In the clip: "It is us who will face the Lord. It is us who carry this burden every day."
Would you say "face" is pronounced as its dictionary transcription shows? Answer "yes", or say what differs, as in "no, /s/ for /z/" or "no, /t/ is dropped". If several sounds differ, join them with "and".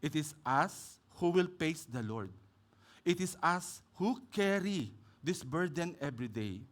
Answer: no, /p/ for /f/